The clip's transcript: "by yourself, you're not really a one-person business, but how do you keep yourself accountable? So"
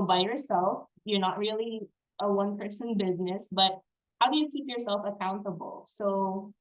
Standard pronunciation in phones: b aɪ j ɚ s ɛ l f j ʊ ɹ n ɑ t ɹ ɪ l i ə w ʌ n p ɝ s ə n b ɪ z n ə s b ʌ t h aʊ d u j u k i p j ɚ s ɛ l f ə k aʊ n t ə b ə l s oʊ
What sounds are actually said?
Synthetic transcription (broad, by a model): b aɪ j ɚ s ɛ l f j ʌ ɹ n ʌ t ɹ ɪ l i ə w ʌ n p ɝ s ə n b ɪ z n ə s b ʌ t h aʊ d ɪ j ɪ k i p j ɚ s ɛ l f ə k aʊ n t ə b l s oʊ